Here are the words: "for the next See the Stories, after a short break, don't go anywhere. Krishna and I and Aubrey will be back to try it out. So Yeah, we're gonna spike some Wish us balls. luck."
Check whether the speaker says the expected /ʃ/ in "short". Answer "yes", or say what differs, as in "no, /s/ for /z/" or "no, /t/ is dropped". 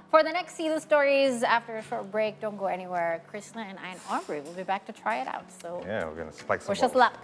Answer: yes